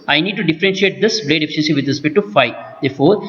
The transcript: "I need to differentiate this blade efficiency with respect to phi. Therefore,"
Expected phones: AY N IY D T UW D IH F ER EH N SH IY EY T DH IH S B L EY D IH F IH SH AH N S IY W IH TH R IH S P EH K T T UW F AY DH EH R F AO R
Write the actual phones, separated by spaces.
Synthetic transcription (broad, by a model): AY N IY D T UW D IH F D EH N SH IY EY T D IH S B L EY D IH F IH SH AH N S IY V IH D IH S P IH T T UW F AY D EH R F AO R